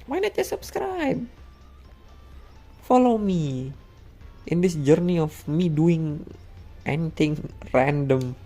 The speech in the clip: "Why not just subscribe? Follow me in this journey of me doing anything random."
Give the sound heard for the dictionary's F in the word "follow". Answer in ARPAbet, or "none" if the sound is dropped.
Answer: F